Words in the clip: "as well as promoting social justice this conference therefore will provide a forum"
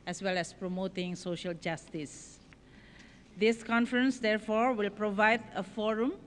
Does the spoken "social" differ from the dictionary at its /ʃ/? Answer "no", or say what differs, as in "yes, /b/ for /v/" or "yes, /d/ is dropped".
no